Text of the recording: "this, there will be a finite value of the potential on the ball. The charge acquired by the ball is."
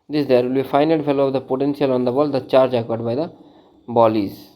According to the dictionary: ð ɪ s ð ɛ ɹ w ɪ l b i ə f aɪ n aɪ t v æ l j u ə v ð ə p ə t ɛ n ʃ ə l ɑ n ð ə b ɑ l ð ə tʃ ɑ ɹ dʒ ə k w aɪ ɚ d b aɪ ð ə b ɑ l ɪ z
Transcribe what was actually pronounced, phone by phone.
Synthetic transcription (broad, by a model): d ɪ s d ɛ ɹ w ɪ l b i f aɪ n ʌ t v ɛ l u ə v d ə p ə t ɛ n s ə l ɑ n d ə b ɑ l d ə tʃ ɑ ɹ dʒ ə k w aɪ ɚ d b aɪ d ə b ɑ l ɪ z